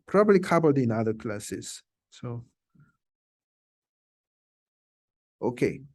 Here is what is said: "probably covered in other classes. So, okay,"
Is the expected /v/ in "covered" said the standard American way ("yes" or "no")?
no